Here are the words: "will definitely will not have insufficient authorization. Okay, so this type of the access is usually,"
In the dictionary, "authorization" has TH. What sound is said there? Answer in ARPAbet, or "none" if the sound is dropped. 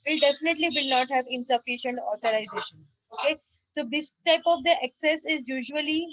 T